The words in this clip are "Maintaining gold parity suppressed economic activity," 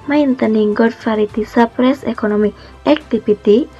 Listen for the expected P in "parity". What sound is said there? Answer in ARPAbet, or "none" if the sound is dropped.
F